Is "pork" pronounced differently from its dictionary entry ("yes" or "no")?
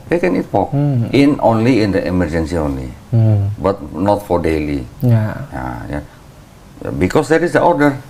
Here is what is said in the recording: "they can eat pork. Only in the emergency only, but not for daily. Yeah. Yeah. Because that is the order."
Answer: yes